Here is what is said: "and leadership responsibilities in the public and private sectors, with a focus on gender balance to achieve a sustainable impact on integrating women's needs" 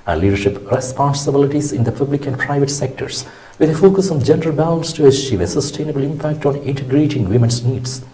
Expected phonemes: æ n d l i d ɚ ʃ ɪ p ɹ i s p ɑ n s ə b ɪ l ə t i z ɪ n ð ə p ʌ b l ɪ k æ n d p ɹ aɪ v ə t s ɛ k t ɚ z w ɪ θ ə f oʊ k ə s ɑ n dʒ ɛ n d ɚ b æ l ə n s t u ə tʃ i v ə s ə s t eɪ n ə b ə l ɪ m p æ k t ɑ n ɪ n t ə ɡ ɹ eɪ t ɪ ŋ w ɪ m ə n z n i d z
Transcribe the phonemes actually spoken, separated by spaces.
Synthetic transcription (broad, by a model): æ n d l i d ɚ ʃ ɪ p ɹ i s p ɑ n s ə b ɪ l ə t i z ɪ n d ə p ʌ b l ɪ k æ n d p ɹ aɪ v ə t s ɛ k t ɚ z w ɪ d ə f oʊ k ə s ɑ n dʒ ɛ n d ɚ b æ l ə n s t u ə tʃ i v ə s ə s t eɪ n ə b ə l ɪ m p æ k t ɑ n ɪ n t ə ɡ ɹ eɪ t ɪ ŋ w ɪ m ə n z n i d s